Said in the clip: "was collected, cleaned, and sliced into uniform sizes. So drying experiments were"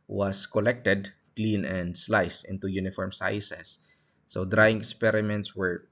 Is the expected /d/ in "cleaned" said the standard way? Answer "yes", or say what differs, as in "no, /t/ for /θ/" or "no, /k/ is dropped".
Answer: no, /d/ is dropped